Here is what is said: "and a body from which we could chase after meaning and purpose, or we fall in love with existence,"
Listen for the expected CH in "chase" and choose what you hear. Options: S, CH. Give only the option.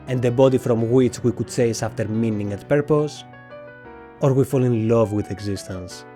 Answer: S